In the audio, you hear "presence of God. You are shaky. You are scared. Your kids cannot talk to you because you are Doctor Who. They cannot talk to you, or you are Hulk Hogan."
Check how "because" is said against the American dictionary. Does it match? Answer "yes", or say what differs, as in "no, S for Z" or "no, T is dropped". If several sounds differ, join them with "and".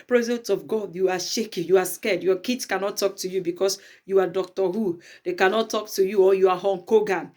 no, S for Z